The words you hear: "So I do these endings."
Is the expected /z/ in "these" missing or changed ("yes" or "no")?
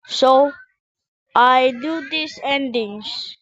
yes